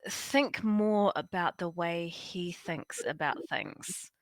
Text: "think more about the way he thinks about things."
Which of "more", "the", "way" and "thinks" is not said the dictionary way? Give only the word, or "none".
none